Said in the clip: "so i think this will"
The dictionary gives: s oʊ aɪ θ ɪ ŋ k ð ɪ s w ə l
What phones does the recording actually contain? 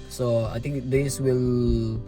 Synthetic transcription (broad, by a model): s oʊ aɪ t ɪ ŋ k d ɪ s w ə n